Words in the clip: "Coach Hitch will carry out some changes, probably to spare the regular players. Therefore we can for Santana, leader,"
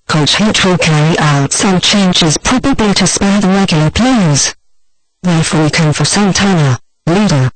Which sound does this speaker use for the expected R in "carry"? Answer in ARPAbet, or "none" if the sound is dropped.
none